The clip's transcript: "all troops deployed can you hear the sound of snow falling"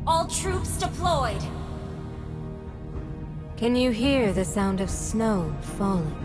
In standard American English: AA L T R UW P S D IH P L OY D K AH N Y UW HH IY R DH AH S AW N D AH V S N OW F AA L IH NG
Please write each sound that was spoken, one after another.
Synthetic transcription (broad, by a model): AA L T R UW P S D IH P L OY D K AH N Y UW HH IY R DH AH S AW N D AH V S N OW F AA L